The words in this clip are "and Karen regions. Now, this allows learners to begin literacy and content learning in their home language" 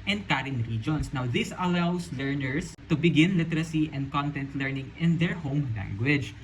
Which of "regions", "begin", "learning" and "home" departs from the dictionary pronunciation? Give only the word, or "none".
regions